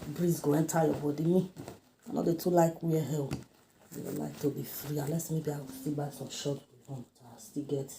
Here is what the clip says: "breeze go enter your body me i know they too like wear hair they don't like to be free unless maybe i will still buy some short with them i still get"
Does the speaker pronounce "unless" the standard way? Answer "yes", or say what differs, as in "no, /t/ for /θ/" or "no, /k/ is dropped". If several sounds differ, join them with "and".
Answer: no, /n/ is dropped